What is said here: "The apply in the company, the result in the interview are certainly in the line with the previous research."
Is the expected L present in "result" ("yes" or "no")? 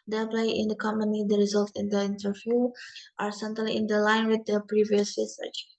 yes